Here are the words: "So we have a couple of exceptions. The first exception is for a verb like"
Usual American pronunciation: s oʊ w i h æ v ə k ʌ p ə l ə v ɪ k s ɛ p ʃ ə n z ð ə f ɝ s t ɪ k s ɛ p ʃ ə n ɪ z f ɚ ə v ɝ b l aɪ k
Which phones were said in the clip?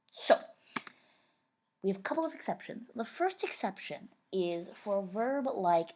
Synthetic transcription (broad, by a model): s oʊ w i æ v ə k ʌ p l ə v ɪ k s ɛ p ʃ ə n z ð ə f ɝ s t ɪ k s ɛ p ʃ ə n ɪ z f ɚ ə v ɝ b l aɪ k